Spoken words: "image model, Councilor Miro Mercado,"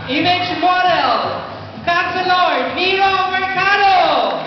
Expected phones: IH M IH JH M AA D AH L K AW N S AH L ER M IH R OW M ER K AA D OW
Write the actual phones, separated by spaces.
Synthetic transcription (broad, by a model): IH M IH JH M AA D AH L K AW S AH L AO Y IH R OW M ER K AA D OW